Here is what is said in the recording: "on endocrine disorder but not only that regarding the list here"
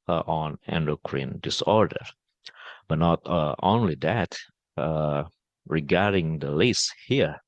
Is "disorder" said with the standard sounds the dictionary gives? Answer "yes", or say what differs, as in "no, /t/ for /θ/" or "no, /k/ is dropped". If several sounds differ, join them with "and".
yes